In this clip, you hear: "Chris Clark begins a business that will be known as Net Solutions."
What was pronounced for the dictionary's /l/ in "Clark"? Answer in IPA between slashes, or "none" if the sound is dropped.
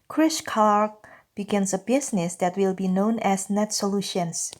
none